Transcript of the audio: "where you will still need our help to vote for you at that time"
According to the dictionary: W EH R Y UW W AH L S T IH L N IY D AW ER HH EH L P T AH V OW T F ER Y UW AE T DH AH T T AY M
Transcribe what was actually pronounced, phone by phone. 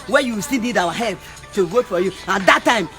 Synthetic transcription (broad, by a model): W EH Y UW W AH S T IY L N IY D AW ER HH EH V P T AH W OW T F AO Y UW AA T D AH T T AY M